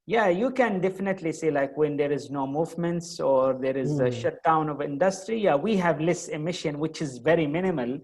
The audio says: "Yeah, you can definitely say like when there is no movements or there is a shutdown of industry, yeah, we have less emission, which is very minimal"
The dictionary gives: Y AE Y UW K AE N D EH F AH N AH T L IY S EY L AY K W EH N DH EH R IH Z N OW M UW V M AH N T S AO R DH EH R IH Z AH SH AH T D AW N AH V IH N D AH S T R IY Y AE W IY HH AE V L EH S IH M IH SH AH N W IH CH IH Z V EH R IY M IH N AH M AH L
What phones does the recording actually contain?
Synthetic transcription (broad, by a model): Y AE Y UW K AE N D EH F AH N AH T L IY S EY L AY K W EH N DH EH R IH Z N OW M UW V M AH N T S AO R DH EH R IH Z AH SH AH T D AW N AH V IH N D AH S T R IY Y AE W IY HH AE V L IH S IH M IH SH AH N W IH CH IH Z V EH R IY M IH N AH M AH L